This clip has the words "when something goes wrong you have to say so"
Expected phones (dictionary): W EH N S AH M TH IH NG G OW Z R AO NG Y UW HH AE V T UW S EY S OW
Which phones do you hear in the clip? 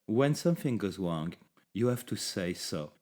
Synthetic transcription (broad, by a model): W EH N S AH M TH IH NG G OW Z R AO NG Y UW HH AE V T UW S EY S OW